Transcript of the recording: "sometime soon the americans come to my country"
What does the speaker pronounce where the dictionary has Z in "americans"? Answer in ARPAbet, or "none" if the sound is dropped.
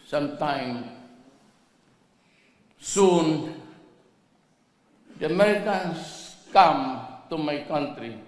S